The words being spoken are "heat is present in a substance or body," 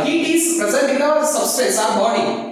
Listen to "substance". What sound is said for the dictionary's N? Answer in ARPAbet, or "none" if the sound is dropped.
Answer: none